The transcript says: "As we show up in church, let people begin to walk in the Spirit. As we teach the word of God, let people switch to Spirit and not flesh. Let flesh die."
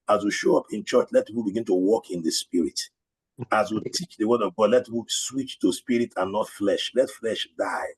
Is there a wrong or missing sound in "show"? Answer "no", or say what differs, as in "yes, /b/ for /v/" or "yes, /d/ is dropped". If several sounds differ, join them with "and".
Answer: no